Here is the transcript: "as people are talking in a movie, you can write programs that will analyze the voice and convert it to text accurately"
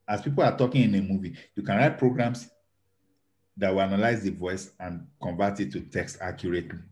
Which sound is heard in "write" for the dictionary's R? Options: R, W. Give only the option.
R